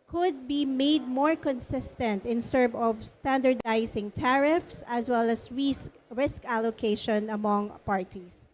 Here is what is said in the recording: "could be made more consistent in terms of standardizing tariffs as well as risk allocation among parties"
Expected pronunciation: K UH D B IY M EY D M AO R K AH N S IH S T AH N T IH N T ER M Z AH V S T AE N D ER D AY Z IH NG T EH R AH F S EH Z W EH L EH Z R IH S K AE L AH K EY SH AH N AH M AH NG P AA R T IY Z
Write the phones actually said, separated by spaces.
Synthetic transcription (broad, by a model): K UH D B IY M EY D M AO R K AH N S IH S T AH N T IH N S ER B AH V S T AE N D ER D AY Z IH NG T EH R AH F S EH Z W EH L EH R R IH S K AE L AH K EY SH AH N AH M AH NG P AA R T IY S